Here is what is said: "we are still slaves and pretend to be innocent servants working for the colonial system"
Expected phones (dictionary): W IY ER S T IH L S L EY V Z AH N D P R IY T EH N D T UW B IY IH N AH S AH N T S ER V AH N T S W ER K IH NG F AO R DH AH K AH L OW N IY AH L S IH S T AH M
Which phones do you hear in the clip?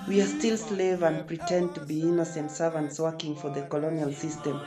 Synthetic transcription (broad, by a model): W IY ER S T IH L S L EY V AH N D P R IY T EH N D T UW B IY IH N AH S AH N T S ER V AH N T S W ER K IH NG F AO R DH AH K AH L OW N IY AH L S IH S T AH M